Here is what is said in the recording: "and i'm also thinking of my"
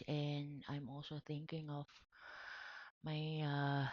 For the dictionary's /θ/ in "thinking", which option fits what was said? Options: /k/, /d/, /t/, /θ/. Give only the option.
/θ/